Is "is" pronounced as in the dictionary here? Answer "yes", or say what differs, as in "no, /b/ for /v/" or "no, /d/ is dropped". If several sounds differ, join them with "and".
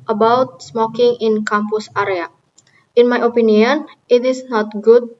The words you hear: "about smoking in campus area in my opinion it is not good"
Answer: no, /s/ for /z/